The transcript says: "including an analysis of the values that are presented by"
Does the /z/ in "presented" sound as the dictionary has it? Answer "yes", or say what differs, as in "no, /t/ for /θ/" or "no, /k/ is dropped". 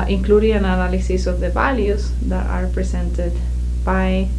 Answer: no, /s/ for /z/